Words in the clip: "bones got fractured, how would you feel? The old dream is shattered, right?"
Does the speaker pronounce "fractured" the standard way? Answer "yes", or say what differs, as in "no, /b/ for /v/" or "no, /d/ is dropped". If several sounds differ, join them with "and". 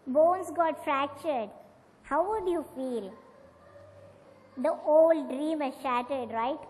yes